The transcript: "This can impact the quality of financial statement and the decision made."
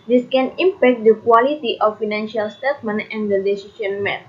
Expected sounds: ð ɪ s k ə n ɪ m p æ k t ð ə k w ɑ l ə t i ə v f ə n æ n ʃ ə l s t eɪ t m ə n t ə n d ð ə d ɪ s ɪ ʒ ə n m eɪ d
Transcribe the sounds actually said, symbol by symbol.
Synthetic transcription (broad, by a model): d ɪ s k ə n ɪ m p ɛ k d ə k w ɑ l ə t i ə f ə n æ n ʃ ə l s t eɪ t m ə n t ə n d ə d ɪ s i ʃ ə n m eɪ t